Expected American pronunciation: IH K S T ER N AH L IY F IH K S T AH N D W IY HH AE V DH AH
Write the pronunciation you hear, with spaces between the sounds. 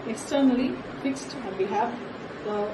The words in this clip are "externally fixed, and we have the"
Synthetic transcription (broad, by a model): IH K S T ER N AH L IY F IH K S T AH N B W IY HH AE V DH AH